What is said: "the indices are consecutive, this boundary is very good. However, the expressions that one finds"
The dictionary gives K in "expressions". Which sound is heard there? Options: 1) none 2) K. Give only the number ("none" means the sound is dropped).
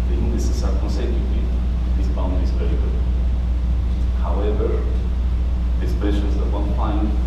1